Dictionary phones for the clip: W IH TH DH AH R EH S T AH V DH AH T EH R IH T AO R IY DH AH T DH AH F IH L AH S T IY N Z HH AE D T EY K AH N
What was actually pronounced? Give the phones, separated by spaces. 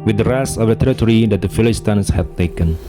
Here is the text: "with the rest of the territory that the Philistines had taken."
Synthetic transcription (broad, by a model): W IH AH R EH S AH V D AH T EH R IH T AO R IY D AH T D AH F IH L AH S T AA N S HH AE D T EY K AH N